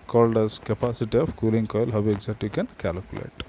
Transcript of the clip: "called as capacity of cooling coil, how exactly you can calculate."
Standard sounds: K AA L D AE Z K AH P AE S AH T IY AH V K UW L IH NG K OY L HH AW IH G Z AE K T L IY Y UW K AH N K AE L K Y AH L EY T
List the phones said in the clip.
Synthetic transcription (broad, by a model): K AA L D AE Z K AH P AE S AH T IY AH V K UW L IH NG K OY L HH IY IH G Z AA T IY K AH N K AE L K Y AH L EY T